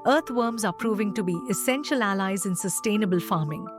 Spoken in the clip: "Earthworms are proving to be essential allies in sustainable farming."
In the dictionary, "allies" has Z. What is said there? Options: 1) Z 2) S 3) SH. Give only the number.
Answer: 1